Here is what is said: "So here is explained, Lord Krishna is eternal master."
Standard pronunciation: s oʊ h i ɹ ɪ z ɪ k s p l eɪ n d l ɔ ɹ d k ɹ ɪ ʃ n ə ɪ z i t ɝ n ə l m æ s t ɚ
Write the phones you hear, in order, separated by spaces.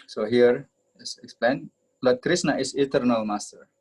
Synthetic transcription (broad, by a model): s oʊ h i ɹ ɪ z ɪ k s p l eɪ n d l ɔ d k ɹ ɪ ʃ n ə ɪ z i t ɝ n ə l m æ s t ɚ